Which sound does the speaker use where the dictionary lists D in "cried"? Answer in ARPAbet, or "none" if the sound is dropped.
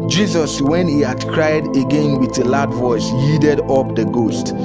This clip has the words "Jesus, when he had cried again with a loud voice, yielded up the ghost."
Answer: D